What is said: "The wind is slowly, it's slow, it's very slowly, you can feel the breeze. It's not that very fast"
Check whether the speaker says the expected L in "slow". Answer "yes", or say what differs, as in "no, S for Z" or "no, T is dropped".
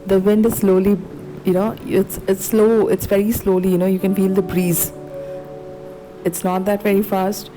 yes